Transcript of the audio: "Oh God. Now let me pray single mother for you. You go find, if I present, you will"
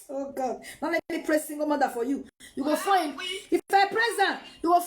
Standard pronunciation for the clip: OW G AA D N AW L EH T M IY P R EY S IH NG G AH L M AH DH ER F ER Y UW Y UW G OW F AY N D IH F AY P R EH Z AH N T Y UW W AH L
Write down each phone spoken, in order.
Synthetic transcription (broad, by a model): OW G AA D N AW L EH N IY P R EY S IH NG G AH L M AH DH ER F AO Y UW Y UW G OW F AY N IH F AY P R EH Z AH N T Y UW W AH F